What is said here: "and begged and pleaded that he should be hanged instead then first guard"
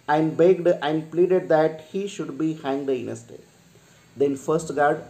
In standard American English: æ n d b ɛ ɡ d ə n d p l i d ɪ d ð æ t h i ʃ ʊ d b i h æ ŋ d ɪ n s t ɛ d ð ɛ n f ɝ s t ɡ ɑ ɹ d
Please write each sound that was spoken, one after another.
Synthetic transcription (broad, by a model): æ n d b ɛ ɡ d ə n d p l i d ɪ d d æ t h i ʃ ʊ d b i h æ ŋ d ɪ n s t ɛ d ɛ n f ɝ s t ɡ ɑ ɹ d